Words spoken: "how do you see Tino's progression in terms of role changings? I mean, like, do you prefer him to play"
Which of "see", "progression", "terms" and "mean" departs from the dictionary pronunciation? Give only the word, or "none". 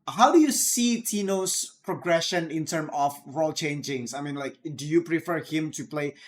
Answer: terms